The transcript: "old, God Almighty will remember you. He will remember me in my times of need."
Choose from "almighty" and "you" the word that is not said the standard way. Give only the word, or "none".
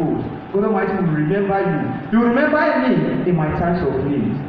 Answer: almighty